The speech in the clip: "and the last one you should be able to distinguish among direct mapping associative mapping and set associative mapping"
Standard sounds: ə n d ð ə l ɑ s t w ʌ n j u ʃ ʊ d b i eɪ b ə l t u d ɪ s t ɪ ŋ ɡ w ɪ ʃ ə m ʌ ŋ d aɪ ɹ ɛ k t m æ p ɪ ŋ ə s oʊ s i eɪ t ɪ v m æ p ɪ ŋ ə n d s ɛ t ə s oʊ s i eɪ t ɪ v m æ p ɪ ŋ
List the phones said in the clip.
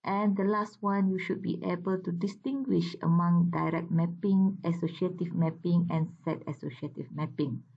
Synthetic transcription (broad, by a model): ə n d ə l ɑ s t w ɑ n j u ʃ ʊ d b i eɪ b ə l t u d ɪ s t ɪ ŋ ɡ w ɪ ʃ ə m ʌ ŋ d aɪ ɹ ɛ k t m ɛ p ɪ ŋ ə s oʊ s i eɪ t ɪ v m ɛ p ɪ ŋ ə n s ɛ t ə s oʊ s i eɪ t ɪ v m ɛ p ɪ ŋ